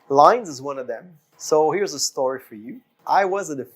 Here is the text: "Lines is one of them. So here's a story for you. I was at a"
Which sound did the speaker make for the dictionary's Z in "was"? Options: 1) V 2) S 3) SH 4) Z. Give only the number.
4